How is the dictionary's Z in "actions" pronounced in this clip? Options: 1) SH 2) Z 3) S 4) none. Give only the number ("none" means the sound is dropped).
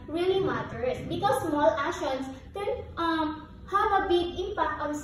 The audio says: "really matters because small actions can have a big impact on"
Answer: 3